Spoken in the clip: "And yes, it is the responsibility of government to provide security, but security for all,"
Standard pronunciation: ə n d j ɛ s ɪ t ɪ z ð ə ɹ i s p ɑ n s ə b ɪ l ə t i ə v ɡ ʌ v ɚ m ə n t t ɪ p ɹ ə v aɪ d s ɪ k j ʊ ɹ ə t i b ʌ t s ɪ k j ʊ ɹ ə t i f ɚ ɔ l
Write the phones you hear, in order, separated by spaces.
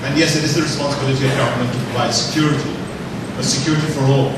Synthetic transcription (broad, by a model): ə n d j ɛ s ɪ t ɪ z ð ə ɹ i s p ɑ n s ə b ɪ l ə t i ə v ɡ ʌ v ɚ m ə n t t ɪ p l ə ɪ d s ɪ k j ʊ ɹ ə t i b ʌ t s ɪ k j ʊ ɹ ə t i f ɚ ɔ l